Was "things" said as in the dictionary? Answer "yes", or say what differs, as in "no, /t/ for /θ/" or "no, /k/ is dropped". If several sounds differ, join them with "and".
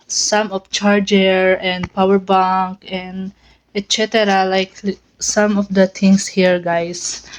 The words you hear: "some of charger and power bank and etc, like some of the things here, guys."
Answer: no, /t/ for /θ/ and /s/ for /z/